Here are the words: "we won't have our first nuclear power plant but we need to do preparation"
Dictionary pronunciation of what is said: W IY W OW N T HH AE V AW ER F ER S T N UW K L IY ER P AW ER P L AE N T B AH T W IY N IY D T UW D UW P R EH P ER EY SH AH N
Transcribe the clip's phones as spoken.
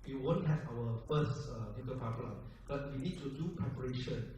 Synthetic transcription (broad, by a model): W IY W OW N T HH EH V AW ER F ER S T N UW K IY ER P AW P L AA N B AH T W IY N IY D T UW D UW P R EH P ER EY SH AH N